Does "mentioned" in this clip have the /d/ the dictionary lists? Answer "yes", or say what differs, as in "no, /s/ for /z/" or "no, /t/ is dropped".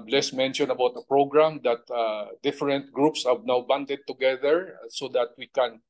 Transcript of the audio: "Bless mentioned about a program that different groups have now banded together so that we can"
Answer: no, /d/ is dropped